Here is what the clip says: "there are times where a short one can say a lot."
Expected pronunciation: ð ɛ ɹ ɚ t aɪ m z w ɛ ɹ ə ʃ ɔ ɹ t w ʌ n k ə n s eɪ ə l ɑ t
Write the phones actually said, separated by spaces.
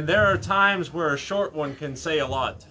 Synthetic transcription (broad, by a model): ð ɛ ɹ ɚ t aɪ m z w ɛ ɹ ə ʃ ɔ ɹ t w ʌ n k ə n s eɪ ə l ɑ t